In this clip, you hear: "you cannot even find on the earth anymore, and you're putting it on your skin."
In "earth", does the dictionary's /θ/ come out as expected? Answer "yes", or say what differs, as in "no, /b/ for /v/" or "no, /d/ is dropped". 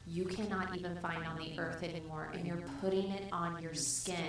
yes